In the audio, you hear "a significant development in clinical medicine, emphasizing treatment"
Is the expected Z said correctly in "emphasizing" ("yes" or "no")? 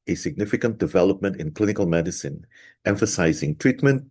yes